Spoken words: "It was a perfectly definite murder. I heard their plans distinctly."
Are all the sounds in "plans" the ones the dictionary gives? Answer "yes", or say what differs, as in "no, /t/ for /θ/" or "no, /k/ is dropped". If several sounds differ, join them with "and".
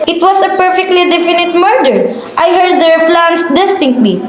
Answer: no, /s/ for /z/